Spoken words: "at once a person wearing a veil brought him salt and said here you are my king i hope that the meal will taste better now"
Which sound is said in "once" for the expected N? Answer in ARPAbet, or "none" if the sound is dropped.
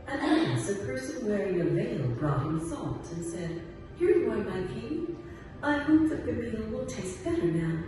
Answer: none